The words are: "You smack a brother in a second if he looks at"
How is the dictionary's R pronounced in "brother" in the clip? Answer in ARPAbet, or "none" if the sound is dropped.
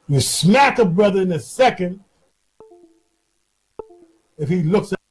R